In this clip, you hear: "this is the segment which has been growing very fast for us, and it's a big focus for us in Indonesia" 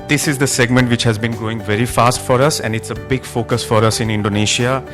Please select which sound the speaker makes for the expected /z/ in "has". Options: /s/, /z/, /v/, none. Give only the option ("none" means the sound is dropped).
/z/